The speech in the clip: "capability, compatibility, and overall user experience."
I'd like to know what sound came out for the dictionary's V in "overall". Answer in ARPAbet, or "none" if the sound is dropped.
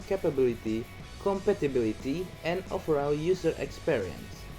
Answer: F